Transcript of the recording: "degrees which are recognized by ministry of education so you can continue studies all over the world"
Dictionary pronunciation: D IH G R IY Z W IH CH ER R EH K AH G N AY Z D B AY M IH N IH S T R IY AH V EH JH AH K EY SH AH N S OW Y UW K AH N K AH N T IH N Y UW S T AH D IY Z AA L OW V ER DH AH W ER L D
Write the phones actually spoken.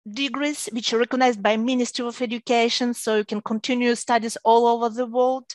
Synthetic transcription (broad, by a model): D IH G R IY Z W IH CH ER R EH K AH G N AY Z D B AY M IH N IH S T R IY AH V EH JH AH K EY SH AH N S OW Y UW K AH N K AH N T IH N Y UW S T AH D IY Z AA L OW V ER DH AH W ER L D